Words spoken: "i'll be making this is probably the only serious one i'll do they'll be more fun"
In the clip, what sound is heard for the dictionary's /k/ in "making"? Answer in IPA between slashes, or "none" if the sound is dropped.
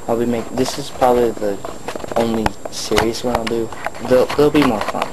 none